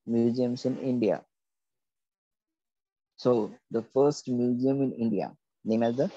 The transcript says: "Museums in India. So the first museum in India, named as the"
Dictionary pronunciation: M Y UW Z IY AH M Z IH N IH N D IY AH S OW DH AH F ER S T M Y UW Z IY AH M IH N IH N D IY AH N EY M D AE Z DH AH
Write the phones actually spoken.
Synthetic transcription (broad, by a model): M Y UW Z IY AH M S IH N IH N D IY AH S OW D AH F ER S T M Y UW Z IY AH M IH N IH N D IY AH N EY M AE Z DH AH